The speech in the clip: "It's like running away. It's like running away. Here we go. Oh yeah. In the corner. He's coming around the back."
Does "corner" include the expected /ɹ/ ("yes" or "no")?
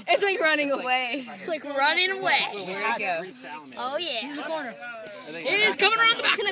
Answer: yes